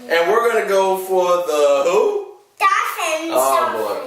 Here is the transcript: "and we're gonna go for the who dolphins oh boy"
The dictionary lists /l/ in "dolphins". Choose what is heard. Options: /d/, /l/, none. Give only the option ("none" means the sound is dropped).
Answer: none